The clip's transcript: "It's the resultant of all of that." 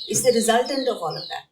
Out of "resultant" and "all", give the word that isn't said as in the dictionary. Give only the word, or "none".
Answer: none